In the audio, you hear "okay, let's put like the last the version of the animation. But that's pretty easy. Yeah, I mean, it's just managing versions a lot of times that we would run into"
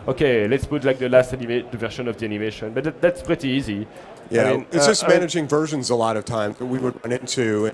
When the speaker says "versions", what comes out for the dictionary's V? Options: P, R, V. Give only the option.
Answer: V